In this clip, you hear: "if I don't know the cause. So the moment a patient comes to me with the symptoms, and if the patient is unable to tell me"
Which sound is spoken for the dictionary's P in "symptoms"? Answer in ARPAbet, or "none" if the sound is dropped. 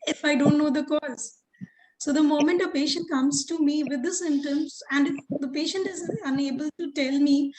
none